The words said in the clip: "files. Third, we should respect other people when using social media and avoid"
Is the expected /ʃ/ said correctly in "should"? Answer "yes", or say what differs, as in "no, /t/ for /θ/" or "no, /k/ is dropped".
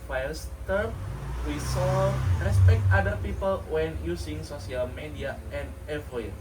no, /s/ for /ʃ/